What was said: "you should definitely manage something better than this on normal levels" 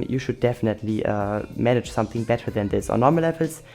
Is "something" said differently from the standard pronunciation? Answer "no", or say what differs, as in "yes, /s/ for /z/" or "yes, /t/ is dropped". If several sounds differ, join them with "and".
no